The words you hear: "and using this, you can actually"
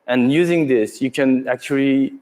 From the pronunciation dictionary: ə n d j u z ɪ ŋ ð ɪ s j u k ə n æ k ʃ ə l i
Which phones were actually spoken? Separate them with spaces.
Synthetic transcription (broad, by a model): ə n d j u z ɪ ŋ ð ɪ s j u k ə n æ k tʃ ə l i